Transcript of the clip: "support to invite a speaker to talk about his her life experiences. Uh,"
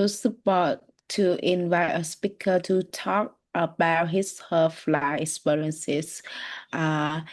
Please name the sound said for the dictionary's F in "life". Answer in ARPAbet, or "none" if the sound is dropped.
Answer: none